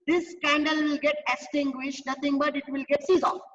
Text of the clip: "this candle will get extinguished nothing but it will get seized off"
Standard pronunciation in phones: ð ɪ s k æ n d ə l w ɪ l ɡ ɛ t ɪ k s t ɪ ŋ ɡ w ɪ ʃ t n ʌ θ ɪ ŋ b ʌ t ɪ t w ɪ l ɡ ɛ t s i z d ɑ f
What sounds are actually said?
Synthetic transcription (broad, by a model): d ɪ s k æ n d ə l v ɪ l ɡ ɛ t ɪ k s t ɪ ŋ ɡ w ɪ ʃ t n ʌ t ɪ ŋ b ʌ t ɪ t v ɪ l ɡ ɛ t s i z ɑ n